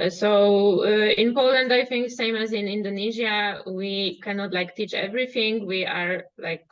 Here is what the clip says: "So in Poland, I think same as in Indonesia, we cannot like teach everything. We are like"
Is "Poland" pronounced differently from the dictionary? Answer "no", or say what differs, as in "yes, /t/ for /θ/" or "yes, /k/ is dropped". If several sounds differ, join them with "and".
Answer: no